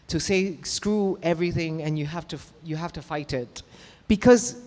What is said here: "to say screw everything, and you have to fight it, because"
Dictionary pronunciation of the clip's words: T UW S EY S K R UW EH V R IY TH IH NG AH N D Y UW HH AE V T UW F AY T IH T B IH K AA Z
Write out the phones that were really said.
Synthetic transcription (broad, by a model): T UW S EY S K R UW EH V R IY TH IH NG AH N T Y UW HH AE F T UW F AY T IH T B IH K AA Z